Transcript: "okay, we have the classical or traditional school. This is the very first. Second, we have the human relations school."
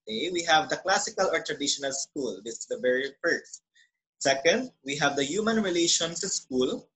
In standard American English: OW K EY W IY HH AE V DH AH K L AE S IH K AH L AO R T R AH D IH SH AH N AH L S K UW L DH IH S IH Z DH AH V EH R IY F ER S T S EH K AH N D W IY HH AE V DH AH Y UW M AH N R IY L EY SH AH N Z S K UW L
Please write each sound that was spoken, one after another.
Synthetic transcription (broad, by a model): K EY W IY HH AE V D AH K L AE S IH K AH L AO R T R AH D IH SH AH N AH L S K UW L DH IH S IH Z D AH V EH R IY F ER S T S EH K AH N D W IY HH AE V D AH Y UW M AH N R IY L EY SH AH N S S K UW L